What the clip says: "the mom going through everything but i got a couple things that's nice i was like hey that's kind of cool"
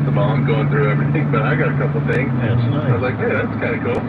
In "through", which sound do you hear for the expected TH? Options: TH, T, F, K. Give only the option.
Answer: TH